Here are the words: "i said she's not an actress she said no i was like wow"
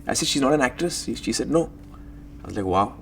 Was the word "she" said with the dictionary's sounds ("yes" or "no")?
yes